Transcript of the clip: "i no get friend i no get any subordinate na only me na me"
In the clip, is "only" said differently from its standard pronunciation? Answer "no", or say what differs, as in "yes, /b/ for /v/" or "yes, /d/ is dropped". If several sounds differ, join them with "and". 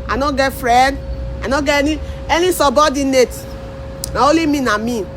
yes, /n/ is dropped